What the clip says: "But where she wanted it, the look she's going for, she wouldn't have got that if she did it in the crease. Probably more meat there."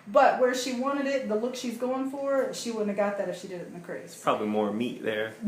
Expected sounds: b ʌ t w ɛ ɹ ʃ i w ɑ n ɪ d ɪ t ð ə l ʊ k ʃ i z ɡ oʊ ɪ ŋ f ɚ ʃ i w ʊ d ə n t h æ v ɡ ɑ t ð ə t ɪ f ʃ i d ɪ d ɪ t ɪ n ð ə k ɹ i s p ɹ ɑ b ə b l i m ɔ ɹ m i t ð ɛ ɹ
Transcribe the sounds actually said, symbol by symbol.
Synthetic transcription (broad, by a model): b ʌ t w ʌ ɹ ʃ i w ɑ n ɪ d ɪ t ð ə l ʊ k ʃ i z ɡ oʊ ɪ ŋ f ɚ ʃ i w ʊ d n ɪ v ɡ ɑ t ð ə t ɪ f ʃ i d ɪ d ɪ t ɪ n ð ə k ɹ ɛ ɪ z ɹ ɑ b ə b l i m ɔ ɹ m i t ð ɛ ɹ